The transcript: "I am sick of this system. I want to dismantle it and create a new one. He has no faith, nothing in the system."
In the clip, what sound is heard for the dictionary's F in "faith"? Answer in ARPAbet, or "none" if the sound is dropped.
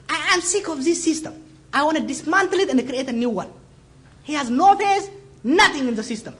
P